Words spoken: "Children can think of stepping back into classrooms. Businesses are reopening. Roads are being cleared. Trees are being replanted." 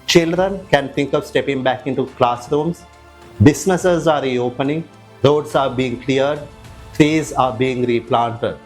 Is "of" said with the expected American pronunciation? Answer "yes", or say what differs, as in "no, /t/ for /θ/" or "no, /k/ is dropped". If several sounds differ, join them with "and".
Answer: yes